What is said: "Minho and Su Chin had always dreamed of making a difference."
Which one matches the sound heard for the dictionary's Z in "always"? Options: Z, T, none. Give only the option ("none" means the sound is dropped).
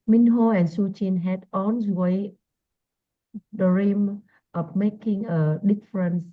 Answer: none